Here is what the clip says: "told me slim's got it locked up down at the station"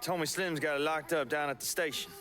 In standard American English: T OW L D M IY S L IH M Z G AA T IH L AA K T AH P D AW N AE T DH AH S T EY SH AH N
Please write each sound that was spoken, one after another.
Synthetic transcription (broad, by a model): T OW M IY S L IH M Z G AA T IH L AA K T AH P D AW N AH T DH AH S T EY SH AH N